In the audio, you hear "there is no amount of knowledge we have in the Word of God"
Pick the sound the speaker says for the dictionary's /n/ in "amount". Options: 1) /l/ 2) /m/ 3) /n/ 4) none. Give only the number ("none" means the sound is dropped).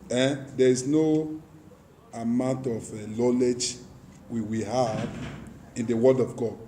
3